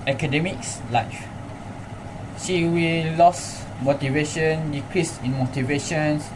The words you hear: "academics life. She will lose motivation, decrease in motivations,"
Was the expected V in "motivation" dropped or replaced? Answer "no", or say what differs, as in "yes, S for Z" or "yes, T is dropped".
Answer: no